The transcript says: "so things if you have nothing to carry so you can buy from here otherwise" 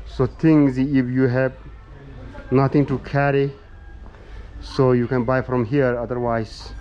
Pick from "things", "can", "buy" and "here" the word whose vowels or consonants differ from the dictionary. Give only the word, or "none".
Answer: things